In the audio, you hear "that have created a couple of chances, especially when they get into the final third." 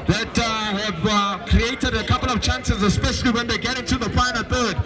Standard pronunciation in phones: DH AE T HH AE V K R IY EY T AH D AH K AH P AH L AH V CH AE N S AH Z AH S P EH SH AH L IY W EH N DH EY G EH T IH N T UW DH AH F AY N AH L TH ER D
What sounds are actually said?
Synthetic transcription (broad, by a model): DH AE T HH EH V K R IY EY T AH D AH K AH P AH L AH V CH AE N S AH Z AH S P EH SH AH L IY W EH N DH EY G EH T IH N T UW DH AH P AY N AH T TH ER D